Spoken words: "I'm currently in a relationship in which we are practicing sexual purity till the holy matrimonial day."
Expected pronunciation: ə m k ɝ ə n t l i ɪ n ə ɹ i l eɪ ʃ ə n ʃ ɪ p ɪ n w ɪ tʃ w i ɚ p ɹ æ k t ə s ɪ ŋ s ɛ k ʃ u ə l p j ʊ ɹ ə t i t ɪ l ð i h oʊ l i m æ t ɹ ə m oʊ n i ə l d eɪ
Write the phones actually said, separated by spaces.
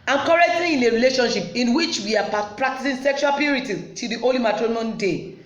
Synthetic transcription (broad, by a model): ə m k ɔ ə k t i ɪ n ə ɹ i l eɪ ʃ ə n ʃ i p ɪ n w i tʃ w i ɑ p ɹ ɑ k t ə s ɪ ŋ s ɛ k ʃ u ə l p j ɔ ɹ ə t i t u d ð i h oʊ l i m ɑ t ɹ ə i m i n d eɪ